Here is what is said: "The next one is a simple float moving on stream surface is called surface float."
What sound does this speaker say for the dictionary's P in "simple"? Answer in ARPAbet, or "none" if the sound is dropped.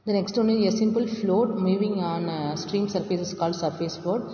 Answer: P